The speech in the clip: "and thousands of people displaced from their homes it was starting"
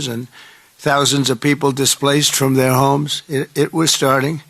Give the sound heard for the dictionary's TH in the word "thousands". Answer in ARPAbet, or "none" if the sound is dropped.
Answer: TH